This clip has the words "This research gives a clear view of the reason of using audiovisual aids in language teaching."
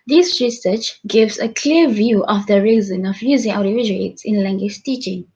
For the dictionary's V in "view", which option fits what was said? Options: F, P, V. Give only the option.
V